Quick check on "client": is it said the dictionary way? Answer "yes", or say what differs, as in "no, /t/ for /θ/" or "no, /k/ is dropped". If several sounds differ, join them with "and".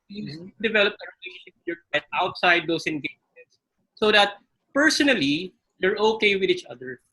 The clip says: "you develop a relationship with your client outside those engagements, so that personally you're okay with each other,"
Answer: no, /n/ is dropped